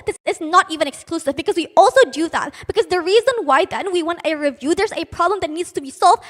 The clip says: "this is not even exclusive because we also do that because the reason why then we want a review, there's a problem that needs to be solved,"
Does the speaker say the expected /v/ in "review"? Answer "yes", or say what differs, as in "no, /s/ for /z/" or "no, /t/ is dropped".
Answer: yes